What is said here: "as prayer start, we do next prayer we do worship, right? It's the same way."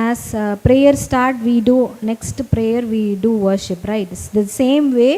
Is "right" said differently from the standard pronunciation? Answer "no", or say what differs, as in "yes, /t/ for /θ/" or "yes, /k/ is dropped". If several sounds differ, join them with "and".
yes, /t/ is dropped